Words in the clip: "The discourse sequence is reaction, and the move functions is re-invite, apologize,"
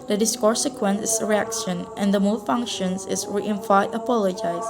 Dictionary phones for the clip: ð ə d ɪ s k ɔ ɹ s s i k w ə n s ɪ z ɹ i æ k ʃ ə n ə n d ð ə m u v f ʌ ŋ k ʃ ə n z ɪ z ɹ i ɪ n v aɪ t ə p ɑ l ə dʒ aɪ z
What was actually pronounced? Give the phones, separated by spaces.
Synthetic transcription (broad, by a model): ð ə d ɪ s k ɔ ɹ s s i k w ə n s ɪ s ɹ i æ k ʃ ə n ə n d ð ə m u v f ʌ ŋ k ʃ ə n s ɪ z ɹ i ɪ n f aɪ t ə p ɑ l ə dʒ aɪ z